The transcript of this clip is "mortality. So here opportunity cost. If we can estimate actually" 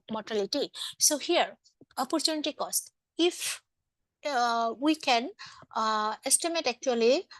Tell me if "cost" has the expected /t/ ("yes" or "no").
yes